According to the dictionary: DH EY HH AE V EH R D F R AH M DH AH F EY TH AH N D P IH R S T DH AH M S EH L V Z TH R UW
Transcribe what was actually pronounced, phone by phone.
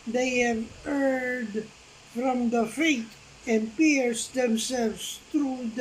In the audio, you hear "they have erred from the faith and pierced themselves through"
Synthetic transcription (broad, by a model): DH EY HH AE V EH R D F R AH M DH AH F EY T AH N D P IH R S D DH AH M S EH L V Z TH R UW